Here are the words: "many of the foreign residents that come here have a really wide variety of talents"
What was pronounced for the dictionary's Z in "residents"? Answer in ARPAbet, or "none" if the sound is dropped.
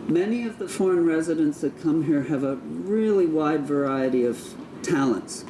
Z